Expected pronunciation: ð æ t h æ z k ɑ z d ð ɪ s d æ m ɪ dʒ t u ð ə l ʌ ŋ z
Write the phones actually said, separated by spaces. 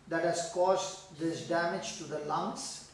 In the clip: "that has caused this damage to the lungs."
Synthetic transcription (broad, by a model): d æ t h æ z k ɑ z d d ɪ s d æ m ɪ dʒ t u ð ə l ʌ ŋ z